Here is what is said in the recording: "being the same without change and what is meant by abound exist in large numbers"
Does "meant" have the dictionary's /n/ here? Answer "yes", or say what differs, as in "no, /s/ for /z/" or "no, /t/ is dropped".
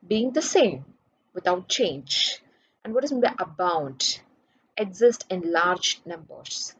no, /n/ is dropped